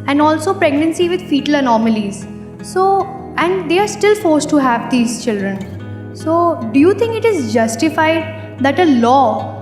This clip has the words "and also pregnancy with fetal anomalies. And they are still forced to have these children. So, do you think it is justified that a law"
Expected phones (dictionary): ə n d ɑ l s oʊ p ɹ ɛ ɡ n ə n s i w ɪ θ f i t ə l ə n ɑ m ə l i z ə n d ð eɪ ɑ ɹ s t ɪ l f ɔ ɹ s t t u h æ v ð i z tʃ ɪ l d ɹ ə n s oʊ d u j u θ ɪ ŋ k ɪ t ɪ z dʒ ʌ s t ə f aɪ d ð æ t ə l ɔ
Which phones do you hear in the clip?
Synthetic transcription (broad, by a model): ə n d ɑ l s oʊ p ɹ ɛ ɡ n ə n s i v ɪ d f i t ə l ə n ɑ m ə l i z ə n d eɪ ɑ ɹ s t ɪ l f ɔ ɹ s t t u h æ v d i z tʃ ɪ l d ɹ ə n s oʊ d u j u t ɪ ŋ k ɪ t ɪ z dʒ ʌ s t ə f aɪ d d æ t ə l ɔ